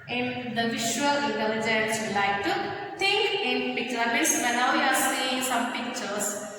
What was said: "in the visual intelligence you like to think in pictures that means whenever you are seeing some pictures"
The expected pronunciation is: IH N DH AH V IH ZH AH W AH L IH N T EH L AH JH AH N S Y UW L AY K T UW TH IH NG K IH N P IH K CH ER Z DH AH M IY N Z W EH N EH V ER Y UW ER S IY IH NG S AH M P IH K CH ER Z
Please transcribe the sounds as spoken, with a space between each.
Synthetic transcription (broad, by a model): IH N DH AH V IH SH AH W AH L IH N T EH L AH JH AH N S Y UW L AY K T UW T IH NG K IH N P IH K CH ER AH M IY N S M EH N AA UH Y UW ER S IY IH NG S AH M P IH K CH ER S